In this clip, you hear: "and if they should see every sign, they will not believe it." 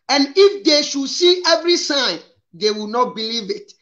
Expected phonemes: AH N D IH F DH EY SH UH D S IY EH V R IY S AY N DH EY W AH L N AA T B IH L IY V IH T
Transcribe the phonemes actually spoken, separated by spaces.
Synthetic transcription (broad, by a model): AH N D IH F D EY SH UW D S IY EH V R IY S AY N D EY W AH N AA T B IH L IY V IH T